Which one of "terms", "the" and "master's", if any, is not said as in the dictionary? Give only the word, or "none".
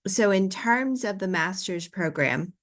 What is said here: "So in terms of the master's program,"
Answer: none